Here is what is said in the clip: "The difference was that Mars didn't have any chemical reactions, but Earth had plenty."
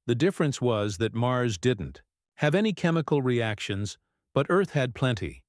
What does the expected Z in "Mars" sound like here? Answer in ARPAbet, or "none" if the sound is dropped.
Z